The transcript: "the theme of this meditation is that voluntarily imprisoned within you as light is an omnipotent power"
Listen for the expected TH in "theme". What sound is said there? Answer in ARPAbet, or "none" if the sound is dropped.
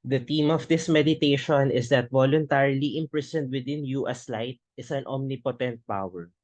T